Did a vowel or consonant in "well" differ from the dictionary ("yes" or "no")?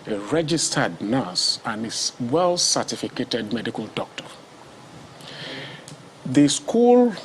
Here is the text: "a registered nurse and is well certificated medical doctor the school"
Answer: no